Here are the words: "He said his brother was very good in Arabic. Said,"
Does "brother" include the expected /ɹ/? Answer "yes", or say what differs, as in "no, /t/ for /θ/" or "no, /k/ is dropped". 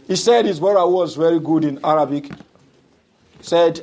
no, /ɹ/ is dropped